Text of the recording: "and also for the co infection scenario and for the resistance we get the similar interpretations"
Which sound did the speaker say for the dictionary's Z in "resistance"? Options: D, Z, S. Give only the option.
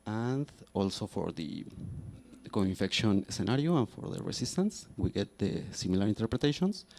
S